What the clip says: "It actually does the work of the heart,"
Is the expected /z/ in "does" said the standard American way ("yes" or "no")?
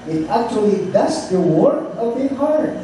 no